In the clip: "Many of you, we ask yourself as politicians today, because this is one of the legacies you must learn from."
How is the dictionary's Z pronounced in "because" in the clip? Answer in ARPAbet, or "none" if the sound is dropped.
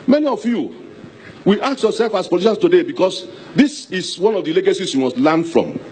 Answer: S